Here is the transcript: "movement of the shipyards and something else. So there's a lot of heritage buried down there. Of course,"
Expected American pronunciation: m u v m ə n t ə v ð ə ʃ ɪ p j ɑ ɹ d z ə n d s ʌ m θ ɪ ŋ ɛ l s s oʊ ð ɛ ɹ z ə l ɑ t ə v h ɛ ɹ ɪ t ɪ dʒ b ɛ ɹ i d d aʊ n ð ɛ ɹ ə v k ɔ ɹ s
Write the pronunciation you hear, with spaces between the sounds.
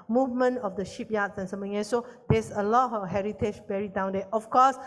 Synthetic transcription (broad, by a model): m u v m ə n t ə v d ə ʃ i p j ɑ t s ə n s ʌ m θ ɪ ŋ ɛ s s oʊ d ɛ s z ə l ɑ t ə h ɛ ɹ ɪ t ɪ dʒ b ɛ ɹ i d d aʊ n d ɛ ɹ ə f k ɔ s